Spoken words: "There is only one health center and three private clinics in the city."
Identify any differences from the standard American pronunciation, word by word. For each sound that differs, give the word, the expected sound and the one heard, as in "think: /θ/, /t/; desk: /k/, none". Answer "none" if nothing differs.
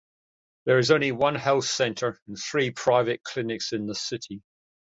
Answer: none